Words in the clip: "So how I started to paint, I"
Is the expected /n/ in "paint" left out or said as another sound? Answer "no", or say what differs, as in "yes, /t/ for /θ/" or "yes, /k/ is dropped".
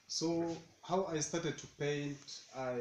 no